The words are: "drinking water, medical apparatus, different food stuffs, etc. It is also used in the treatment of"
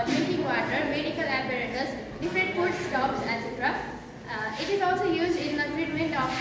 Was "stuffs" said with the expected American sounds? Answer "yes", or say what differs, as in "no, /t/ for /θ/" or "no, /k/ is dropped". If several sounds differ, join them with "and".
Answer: no, /p/ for /f/